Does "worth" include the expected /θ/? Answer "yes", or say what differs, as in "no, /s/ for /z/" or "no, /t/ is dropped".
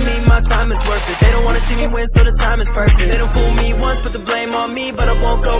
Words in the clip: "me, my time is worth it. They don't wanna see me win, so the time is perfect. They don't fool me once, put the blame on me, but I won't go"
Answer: no, /f/ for /θ/